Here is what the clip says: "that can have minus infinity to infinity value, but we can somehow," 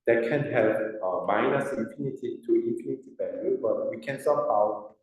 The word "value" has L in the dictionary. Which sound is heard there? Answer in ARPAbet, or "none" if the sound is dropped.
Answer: none